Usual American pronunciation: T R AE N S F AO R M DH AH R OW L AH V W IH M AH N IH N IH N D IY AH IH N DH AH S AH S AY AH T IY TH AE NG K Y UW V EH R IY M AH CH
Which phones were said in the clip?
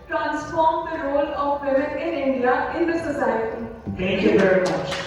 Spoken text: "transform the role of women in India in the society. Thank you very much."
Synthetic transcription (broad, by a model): T R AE N S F AO R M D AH R OW L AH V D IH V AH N IH N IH N D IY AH IH N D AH S AH S AY AH T IY T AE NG K Y UW V EH R IY M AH CH